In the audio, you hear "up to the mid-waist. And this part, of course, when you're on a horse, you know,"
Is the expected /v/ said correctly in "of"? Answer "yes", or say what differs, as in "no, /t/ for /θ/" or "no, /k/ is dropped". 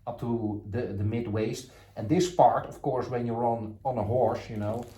no, /f/ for /v/